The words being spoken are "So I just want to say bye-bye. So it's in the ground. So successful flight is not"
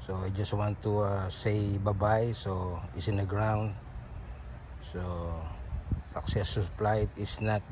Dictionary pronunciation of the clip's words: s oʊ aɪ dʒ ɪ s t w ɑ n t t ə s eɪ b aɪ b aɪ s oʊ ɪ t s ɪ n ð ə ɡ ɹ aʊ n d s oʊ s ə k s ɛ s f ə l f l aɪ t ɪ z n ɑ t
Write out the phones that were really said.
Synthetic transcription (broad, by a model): s oʊ aɪ dʒ ɪ s t w ɑ n t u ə s eɪ b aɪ b aɪ s oʊ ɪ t s ɪ n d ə ɡ ɹ aʊ n d s oʊ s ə k s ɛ s ə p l aɪ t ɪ s n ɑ t